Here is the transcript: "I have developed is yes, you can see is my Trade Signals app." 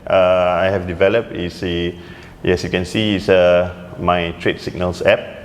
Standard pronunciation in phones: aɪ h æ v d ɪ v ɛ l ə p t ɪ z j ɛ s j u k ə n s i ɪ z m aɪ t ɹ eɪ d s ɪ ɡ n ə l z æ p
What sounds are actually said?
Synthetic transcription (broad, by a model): aɪ h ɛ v d ɪ v ɛ l ə p t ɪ s j ɛ s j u k ə n s i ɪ s m aɪ t ɹ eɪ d s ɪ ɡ n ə l s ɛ p